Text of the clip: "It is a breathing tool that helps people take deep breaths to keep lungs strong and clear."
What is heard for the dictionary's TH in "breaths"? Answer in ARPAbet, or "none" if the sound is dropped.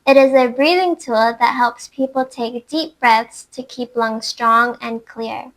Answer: TH